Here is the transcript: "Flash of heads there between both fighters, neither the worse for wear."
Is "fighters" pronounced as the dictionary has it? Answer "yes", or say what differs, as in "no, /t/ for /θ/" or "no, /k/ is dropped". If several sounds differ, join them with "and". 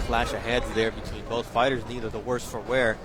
yes